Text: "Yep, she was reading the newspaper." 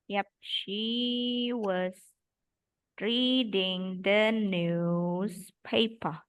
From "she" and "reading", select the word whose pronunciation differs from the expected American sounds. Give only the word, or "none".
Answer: none